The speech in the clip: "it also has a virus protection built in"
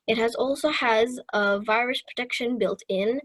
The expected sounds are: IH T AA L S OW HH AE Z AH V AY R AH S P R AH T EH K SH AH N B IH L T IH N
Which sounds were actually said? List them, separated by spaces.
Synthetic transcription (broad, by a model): IH T AA L S OW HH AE Z AH V AY R AH S P R AH T EH K SH AH N B IH L T IH N